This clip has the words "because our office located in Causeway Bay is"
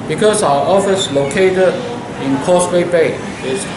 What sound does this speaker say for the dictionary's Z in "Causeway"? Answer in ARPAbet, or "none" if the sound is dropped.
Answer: S